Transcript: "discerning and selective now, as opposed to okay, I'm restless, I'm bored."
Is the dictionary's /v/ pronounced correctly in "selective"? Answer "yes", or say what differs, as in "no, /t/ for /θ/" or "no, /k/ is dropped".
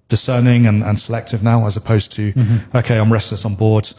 yes